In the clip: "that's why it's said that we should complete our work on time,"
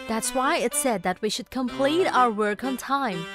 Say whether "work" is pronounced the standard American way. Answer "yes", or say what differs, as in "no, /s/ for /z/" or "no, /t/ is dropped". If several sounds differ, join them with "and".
yes